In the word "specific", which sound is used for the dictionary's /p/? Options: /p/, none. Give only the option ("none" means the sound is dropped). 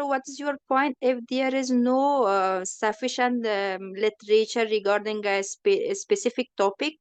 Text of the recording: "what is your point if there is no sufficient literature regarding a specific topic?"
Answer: /p/